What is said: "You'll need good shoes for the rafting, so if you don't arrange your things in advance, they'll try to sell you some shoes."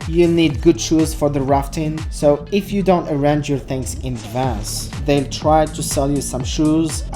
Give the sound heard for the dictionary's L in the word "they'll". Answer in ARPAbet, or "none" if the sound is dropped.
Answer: L